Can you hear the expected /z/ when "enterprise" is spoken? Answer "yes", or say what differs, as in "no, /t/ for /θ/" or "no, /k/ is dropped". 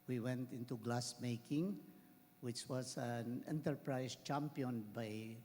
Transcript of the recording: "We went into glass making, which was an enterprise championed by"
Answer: no, /s/ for /z/